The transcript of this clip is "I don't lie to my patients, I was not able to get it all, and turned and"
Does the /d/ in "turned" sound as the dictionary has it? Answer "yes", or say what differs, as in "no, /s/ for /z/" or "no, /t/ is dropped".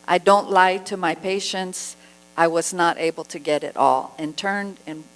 yes